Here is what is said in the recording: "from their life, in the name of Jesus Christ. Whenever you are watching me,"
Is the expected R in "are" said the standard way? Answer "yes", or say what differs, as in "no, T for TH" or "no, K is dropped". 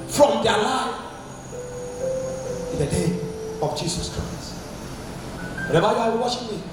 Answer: no, W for R